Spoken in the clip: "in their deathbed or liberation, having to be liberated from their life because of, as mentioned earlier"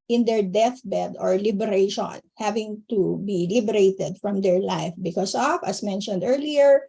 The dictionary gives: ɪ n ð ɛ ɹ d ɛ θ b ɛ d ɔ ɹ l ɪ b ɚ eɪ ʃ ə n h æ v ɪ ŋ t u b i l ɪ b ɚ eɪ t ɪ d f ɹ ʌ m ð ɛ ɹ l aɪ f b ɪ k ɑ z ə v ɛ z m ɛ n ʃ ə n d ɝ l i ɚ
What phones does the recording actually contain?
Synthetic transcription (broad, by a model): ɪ n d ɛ ɹ d ɛ θ b ɛ d ɔ ɹ l ɪ b ɚ eɪ ʃ ə n h æ v ɪ ŋ t u b i l ɪ b ɚ eɪ t ɪ d f ɹ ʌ m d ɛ ɹ l aɪ f b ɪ k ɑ s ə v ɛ s m ɛ n ʃ ə n d ɝ l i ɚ